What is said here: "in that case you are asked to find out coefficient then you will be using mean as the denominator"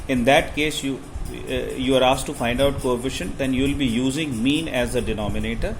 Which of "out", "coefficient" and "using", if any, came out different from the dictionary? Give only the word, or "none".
none